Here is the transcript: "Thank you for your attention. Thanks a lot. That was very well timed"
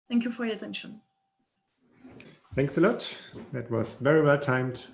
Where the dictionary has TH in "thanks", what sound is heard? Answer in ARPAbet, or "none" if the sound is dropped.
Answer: TH